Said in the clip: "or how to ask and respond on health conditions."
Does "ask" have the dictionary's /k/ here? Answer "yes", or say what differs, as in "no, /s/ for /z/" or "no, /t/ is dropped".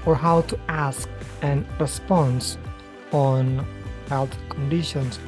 yes